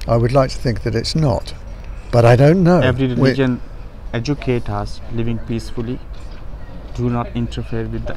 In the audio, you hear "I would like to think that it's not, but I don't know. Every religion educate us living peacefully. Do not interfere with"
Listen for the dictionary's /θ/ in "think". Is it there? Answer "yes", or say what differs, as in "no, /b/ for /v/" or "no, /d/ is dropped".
yes